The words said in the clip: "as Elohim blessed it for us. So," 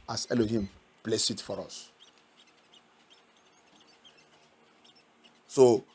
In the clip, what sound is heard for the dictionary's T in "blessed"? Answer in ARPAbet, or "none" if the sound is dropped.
none